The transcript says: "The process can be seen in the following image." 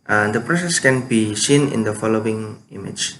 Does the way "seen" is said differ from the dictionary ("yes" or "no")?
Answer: no